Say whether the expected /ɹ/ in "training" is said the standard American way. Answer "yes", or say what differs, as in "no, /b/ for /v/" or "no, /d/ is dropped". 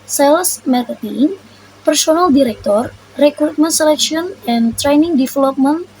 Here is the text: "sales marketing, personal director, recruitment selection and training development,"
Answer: yes